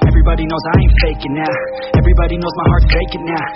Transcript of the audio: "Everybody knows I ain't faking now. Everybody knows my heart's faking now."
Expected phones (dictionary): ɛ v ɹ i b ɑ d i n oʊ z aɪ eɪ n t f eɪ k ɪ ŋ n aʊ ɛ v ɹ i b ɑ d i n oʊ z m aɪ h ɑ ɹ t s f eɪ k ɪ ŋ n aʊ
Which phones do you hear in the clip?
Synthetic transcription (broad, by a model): ɛ v ɹ i b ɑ d i n oʊ z aɪ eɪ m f eɪ k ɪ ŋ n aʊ ɛ v ɹ i b ɑ d i n oʊ z m aɪ h ɑ ɹ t f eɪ k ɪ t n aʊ